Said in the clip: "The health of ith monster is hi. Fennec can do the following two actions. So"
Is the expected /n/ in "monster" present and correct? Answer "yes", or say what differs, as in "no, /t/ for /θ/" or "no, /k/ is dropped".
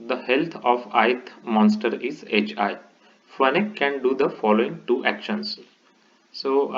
yes